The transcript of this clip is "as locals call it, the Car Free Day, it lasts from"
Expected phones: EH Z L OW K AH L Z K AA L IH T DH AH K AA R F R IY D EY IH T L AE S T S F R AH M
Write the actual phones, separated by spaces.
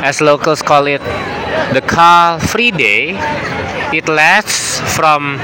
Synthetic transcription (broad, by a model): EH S L OW K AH L S K AA L IH T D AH K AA L F R IY D EY IH T L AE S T S F R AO M